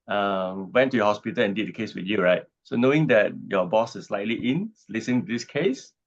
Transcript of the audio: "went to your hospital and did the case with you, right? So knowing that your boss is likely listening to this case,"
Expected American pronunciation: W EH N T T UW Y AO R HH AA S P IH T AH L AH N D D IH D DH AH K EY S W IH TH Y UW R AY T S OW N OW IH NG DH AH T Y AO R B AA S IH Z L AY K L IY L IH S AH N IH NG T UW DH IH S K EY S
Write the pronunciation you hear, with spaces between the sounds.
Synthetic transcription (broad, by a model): W EH N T T UW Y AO HH AA S P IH T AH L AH N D D IH D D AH K EY S W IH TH Y UW R AY T S OW N OW IH NG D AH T Y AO B AA S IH S L AY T L IY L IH S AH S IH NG T UW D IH S K EY S